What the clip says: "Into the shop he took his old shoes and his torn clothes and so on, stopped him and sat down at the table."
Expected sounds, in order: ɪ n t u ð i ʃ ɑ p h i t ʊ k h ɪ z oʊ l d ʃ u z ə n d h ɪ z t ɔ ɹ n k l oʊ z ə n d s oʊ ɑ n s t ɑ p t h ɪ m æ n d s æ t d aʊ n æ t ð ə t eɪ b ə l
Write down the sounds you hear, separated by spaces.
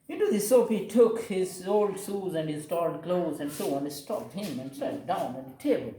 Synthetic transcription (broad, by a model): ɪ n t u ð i s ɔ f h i t ʊ k h ɪ z oʊ l d s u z ə n d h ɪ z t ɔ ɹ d k l oʊ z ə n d s oʊ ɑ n s t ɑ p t h ɪ m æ n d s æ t d aʊ n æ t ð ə t eɪ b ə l